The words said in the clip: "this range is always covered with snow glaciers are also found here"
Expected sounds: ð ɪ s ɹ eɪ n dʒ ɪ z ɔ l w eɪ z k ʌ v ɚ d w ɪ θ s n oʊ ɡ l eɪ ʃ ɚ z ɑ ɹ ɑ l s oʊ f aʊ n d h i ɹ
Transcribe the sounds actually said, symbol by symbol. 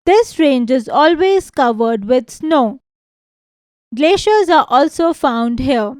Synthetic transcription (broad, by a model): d ɪ s ɹ eɪ n dʒ ɪ z ɔ l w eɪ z k ʌ v ɚ d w ɪ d s n oʊ ɡ l eɪ ʃ ɚ z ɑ ɹ ɑ l s oʊ f aʊ n d h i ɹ